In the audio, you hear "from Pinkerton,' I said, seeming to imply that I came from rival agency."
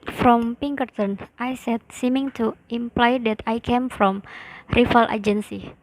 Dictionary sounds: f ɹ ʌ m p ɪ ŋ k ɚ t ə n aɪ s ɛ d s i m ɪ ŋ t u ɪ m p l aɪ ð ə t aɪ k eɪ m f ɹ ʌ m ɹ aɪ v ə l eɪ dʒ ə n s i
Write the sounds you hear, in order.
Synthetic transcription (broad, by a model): f ɹ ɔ m p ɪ ŋ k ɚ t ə n aɪ s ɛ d s i m ɪ ŋ t u ɪ m p l aɪ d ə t aɪ k eɪ m f ɹ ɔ m ɹ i f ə l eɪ dʒ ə n s i